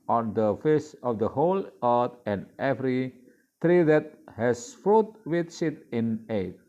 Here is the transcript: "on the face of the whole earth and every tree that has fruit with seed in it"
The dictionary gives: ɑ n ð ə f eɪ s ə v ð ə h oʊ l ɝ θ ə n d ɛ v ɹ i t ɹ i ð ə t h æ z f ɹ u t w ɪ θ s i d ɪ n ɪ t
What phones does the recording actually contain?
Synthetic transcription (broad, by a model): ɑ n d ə f eɪ s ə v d ə h oʊ l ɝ t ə n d ɛ v ɹ i t ɹ i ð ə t h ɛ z f ɹ u t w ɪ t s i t ɪ n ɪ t